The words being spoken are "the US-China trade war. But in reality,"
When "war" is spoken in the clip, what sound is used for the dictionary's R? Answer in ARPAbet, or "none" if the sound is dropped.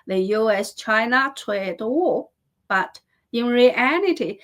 L